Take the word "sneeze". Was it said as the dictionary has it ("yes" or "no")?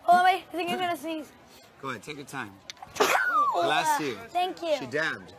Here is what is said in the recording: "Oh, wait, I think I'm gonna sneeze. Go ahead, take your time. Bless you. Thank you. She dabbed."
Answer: no